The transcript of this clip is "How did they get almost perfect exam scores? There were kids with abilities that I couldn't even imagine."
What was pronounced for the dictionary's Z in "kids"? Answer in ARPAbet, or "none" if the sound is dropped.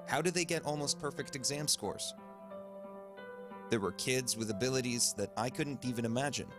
Z